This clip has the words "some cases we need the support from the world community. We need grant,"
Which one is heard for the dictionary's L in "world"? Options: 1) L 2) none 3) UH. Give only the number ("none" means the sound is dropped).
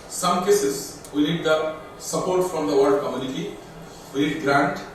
2